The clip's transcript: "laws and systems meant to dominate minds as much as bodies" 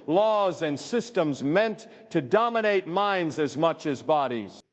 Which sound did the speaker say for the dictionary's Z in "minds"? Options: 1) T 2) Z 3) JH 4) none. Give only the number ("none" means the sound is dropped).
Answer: 2